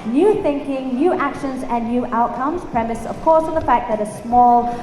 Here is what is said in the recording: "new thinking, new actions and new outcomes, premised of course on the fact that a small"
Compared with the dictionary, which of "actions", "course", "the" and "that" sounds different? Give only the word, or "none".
none